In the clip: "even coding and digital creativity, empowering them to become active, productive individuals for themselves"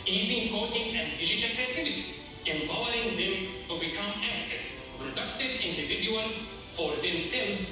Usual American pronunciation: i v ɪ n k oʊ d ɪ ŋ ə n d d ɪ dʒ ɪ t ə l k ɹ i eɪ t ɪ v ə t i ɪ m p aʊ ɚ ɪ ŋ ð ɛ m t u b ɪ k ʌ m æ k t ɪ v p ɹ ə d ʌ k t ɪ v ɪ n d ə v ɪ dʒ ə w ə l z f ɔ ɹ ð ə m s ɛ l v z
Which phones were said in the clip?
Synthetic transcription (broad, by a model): i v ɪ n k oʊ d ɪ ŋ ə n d d ɪ dʒ ɪ t ə l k ɛ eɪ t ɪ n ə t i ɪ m b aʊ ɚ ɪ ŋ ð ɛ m t u b ɪ k ʌ m æ k t ɪ v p ɹ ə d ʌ k t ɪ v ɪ n d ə v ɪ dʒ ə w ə l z f ɔ ɹ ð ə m s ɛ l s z